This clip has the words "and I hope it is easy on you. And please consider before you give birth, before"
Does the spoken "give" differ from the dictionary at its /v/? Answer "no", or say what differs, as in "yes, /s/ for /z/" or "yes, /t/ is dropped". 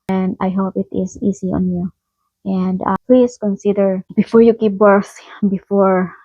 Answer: yes, /p/ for /v/